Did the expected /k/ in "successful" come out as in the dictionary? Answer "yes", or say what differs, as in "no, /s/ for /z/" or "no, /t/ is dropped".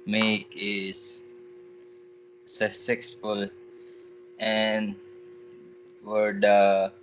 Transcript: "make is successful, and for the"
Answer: no, /k/ is dropped